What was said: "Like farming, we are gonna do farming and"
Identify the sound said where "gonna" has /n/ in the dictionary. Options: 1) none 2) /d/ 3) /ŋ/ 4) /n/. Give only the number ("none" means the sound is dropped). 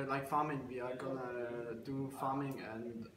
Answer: 4